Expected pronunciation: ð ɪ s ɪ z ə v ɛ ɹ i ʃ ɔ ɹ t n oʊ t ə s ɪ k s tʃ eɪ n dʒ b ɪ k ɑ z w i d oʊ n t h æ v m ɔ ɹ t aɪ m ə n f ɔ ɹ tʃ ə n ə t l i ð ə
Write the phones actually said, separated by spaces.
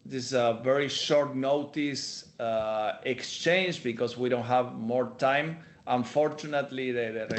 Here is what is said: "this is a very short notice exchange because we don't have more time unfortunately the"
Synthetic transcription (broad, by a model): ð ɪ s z ə v ɛ ɹ i ʃ ɔ ɹ t n oʊ t ə s ɪ k s tʃ eɪ n dʒ b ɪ k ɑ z w i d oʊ n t h æ v m ɔ ɹ t aɪ m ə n f ɔ ɹ tʃ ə n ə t l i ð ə